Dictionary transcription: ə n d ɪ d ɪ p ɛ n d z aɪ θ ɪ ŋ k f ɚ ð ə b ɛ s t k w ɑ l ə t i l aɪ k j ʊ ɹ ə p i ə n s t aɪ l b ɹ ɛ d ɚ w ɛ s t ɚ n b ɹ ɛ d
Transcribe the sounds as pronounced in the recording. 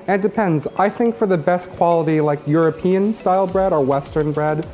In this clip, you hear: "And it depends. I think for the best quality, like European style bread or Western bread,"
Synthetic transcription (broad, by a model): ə n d d ɪ p ɛ n d z aɪ θ ɪ ŋ k f ɚ ð ə b ɛ s t k w ɑ l ə t i l aɪ k j ʊ ɹ ə p i ə n s t aɪ l b ɹ ɛ d ɚ w ɛ s t ɚ n b ɹ ɛ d